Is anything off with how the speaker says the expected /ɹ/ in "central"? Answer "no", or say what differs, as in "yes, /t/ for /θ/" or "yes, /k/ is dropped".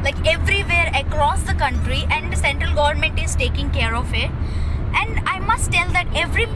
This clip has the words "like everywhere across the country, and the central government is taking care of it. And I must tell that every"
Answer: no